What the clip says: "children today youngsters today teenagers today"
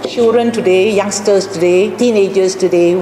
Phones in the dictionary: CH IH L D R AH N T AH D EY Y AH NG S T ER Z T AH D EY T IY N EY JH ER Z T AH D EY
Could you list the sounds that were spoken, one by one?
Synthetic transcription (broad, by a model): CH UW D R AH N T AH D EY Y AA NG S T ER S T AH D EY T IY N EY JH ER S T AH D EY